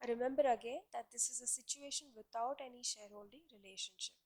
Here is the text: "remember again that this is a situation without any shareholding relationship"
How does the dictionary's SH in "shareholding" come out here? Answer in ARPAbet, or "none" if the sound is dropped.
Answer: SH